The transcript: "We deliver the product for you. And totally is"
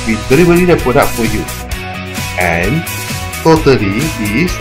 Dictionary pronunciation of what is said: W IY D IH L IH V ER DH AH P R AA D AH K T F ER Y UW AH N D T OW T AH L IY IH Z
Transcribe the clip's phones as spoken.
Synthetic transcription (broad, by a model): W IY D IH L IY B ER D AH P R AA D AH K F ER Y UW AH N T OW T AH L IY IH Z